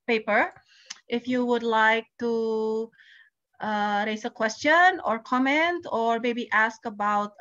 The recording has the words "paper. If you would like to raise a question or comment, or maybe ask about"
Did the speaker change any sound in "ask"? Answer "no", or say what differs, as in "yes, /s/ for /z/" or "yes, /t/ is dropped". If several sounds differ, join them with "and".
no